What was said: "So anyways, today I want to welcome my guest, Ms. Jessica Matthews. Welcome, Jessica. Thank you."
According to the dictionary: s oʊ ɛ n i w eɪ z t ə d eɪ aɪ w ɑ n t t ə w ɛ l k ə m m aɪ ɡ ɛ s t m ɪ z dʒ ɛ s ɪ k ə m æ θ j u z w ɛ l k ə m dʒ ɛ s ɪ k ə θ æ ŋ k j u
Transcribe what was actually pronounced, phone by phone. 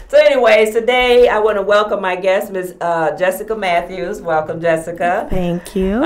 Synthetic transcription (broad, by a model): s oʊ ɛ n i w eɪ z t ə d eɪ aɪ w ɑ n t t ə w ɛ l k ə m m aɪ ɡ ɛ s t m ɪ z dʒ ɛ s ɪ k ə m æ θ j u z w ɛ l k ə m dʒ ɛ s ɪ k ə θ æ ŋ k j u